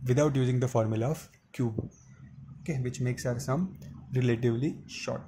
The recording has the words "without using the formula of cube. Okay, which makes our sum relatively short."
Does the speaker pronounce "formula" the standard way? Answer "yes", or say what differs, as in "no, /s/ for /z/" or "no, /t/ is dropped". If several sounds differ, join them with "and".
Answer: yes